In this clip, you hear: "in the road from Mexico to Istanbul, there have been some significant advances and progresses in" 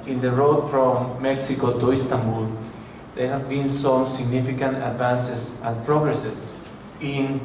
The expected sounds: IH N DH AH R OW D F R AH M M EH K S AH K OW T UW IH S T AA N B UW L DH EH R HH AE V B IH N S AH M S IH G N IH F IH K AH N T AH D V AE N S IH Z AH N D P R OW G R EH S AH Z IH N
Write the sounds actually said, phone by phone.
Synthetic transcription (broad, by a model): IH N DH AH R OW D F R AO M M EH K S AH K OW T UW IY S T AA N B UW L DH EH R HH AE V B IH N S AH M S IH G N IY F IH K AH N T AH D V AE N S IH S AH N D P R OW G R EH S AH S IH N